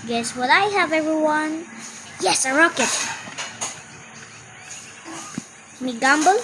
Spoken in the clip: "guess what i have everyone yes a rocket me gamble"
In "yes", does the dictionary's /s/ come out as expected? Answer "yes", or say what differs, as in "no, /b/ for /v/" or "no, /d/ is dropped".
yes